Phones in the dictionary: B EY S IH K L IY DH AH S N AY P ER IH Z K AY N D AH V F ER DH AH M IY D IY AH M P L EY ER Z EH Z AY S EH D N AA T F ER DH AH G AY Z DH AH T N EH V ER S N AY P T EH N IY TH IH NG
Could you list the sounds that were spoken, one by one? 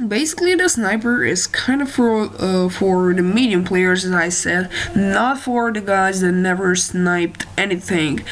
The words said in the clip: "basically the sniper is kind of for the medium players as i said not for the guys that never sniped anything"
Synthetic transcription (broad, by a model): B EY S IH K L IY DH AH S N AY P ER IH Z K AY N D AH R F ER DH AH M IY D IY AH M P L EY ER Z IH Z AY S EH D N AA T F ER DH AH G AY Z DH AH T N EH V ER S N AY P T EH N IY TH IH NG